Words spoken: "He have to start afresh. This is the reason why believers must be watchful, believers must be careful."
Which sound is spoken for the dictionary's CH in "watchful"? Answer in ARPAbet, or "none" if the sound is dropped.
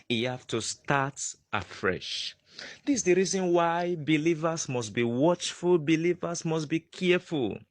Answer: CH